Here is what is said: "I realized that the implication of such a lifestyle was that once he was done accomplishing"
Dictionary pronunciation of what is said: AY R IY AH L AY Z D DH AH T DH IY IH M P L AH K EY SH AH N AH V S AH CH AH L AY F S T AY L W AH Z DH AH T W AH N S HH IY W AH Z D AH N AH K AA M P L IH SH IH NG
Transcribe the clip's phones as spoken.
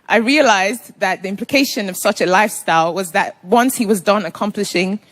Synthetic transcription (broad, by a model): AY R IY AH L AY Z DH AH T DH IY IH M P L AH K EY SH AH N AH V S AH CH AH L AY F S T AY L W AH Z DH AH T W AH N S HH IY W AH Z D AH N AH K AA M P L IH SH IH NG